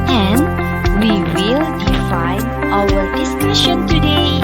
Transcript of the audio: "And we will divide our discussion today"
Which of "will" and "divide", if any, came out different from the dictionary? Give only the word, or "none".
divide